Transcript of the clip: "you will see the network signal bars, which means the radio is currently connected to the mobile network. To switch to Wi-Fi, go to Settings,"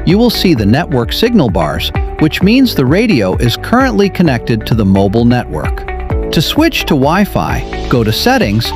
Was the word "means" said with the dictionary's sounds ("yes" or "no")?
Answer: yes